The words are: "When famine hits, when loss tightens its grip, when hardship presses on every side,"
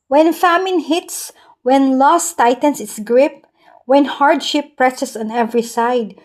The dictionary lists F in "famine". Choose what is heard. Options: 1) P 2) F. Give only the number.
2